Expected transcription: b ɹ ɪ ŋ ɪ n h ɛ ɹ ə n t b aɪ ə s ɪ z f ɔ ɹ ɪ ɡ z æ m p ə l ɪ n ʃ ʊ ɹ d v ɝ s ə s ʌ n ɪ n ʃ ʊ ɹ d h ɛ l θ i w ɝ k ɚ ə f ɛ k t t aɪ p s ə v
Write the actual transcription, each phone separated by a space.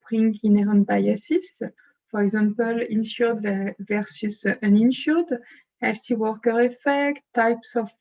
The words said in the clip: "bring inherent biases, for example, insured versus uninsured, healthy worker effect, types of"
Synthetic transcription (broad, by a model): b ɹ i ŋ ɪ n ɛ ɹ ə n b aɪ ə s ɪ s f ɔ ɹ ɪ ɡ z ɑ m p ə l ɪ n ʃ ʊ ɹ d v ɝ s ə s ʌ n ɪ n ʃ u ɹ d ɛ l s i w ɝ k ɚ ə f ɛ k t t aɪ p s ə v